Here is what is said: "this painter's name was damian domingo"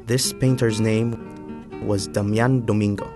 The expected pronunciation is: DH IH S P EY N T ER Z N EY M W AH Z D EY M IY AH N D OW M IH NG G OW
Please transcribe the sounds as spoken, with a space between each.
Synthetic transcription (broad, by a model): DH IH S P EY N T ER Z N EY M W AH Z D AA M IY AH N D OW M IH NG G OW